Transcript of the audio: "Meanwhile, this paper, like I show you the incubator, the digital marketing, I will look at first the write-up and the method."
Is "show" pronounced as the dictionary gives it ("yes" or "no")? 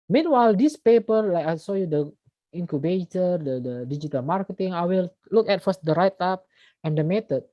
no